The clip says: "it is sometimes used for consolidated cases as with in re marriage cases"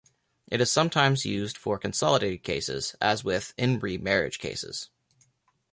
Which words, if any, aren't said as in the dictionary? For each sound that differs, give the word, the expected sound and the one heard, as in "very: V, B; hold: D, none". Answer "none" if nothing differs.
none